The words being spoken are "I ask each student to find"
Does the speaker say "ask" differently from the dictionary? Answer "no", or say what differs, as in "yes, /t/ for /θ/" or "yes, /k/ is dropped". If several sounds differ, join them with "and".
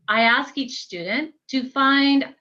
no